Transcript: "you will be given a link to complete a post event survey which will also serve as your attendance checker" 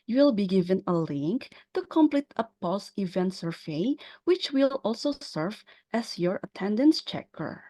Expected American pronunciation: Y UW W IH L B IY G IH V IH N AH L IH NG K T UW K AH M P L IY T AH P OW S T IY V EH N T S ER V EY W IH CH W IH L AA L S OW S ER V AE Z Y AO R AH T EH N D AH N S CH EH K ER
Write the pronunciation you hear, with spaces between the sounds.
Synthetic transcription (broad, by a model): Y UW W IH L B IY G IH V IH N AH L IH NG K T UW K AH M P L IY T AH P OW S IY V EH N T S ER V EY W IH CH W IH L AA L S OW S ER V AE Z Y AO R AH T EH N D AH N S CH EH K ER